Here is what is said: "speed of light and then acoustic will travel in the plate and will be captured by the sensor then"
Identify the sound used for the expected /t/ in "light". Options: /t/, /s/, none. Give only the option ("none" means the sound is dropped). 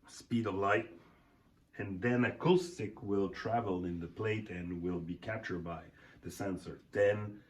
/t/